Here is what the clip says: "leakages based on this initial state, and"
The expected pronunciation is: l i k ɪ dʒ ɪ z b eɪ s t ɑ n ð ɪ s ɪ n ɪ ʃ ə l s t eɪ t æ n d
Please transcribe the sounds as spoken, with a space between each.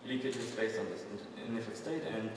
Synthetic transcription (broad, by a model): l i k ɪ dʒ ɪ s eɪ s ɑ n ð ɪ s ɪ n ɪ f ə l s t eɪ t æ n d